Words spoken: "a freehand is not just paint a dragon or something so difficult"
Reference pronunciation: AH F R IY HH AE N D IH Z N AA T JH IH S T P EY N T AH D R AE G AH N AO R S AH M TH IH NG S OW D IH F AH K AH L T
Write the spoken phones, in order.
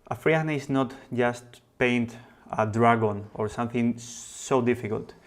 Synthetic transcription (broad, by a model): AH F R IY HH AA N IH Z N AA T JH IH S T P EY N T AH D R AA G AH N AO R S AH M TH IH NG S OW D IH F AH K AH L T